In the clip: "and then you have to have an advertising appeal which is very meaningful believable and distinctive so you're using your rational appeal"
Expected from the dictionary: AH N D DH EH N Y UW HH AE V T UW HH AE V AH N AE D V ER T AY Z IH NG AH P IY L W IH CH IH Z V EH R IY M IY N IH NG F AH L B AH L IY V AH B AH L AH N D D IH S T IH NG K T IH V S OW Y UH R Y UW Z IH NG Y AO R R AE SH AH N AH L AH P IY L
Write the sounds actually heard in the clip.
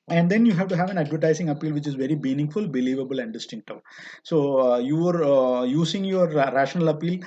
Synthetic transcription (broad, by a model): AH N D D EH N Y UW HH AE V T UW HH AE V AH N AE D V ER T AY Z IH NG AH P IY L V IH CH IH Z V EH R IY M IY N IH NG F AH L B AH L IY V AH B AH L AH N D D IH S T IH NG K T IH S OW Y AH R Y UW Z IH NG Y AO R R AE SH AH N AH L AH P IY L